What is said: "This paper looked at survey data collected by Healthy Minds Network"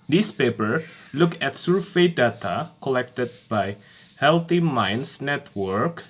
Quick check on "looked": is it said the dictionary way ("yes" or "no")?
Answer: no